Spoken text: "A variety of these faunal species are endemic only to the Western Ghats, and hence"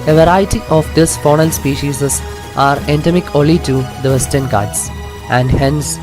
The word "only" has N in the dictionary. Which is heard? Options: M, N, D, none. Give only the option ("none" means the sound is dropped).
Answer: none